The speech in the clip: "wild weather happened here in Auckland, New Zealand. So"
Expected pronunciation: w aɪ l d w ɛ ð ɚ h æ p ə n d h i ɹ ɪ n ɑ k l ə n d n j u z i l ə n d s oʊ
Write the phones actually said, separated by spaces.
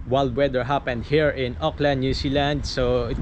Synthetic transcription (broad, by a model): w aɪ l d w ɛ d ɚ h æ p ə n d h i ɹ ɪ n ɑ k l ə n d n j u s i l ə n d s oʊ